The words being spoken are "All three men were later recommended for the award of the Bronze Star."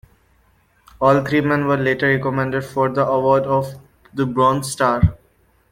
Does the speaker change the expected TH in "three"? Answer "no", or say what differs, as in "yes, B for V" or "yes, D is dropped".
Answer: yes, T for TH